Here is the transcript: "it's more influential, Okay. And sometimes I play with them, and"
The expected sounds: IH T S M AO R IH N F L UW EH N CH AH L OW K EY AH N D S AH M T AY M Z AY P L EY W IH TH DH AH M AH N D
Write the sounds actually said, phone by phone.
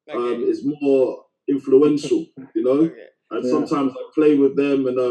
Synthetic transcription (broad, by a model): IH T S M AO R IH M F L UW EH N SH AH L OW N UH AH N S AH M T AY M Z AY P L EY W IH DH AH M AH N